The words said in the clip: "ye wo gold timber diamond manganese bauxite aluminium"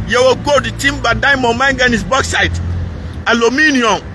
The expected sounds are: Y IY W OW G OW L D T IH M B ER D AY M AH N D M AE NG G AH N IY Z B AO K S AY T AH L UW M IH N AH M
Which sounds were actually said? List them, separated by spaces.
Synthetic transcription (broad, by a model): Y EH W OW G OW D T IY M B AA D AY M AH M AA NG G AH N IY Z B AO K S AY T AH L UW M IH N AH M